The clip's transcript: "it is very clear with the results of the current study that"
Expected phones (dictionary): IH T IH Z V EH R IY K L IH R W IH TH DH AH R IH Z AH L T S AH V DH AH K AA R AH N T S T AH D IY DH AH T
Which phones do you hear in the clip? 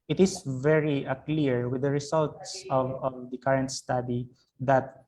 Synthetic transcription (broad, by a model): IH T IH S V EH R IY K L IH R W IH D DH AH R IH S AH L T S AH V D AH K AA R AH N T S T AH D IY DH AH T